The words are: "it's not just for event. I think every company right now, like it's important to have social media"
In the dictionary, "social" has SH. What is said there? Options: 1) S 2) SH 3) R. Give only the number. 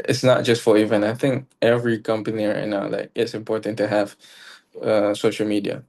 2